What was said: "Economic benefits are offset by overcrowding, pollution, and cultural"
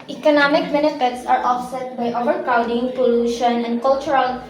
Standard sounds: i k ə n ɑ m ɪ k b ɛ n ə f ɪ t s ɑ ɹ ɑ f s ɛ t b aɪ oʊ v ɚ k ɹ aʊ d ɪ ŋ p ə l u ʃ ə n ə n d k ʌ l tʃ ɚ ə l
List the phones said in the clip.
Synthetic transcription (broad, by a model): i k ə n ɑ m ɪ k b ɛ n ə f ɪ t s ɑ ɹ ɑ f s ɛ t b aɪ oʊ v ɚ k aʊ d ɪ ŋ p ə l u ʃ ə n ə n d k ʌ l tʃ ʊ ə l